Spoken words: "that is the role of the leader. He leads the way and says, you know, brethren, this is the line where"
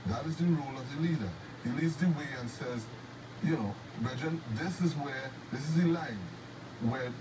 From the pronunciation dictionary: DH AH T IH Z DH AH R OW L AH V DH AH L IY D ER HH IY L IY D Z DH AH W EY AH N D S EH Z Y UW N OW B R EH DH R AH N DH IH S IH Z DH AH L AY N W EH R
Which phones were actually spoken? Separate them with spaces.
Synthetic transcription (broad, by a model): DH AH T IH Z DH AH R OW L AH V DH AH L IY D ER HH IY L IY D Z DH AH W EY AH N S EH Z Y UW N OW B EH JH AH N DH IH S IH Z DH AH L AY N W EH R